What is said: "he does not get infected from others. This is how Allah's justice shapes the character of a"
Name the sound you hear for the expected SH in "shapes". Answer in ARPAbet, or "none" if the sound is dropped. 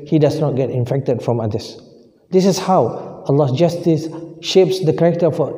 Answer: SH